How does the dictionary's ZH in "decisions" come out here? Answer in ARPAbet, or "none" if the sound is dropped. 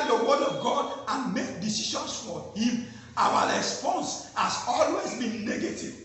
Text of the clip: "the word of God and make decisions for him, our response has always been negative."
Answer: SH